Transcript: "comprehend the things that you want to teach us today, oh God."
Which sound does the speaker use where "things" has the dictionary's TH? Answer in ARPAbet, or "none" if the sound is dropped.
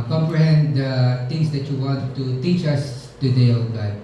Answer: T